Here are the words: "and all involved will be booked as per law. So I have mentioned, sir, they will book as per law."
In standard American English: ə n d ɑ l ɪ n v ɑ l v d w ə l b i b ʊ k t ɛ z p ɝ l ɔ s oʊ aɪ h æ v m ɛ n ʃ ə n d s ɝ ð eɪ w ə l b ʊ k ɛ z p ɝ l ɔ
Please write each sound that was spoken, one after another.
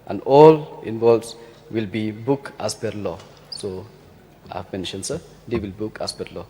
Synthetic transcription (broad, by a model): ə n d ɑ l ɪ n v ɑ l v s w ə l b i b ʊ k ɑ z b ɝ l ɔ s oʊ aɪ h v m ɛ n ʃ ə n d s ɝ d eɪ w ə l b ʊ k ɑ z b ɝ l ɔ